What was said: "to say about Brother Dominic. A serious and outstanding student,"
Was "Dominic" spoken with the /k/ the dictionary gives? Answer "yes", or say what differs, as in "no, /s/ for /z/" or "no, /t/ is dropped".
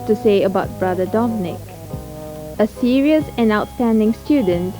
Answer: yes